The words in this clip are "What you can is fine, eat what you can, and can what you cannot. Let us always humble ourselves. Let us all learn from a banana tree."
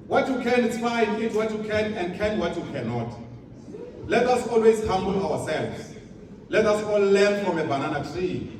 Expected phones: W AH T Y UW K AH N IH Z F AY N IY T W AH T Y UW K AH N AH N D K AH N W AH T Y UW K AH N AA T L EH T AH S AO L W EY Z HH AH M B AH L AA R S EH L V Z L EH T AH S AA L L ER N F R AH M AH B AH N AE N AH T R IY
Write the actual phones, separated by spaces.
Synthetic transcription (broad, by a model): W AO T Y UW K AH N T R AY IY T W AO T Y UW K AH N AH N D K AH N W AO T Y UW K AH N AA T L EH T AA S AO L W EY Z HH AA M B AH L AA W S EH L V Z L EH T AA S AA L L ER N F R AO M AH B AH N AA N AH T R IY